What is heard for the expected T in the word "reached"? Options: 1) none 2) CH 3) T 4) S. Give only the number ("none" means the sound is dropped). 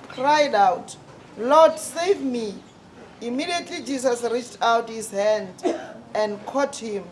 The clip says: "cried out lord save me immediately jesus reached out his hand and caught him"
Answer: 3